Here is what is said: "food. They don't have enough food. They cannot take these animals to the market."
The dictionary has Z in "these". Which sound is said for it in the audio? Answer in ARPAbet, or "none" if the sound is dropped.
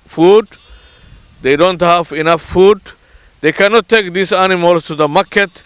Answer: S